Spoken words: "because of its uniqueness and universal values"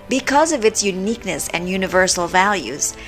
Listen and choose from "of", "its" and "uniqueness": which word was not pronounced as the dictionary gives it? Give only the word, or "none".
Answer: none